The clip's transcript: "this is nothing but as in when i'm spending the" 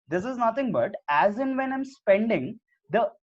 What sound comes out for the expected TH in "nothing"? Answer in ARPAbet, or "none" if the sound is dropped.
T